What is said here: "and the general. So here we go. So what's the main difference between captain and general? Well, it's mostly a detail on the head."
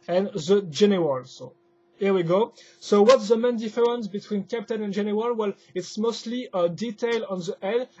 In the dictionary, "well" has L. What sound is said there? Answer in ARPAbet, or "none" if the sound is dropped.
L